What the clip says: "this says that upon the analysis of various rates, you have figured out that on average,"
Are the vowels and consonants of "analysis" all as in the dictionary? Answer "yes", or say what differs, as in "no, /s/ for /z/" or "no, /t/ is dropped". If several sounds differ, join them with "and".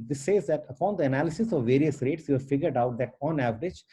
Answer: yes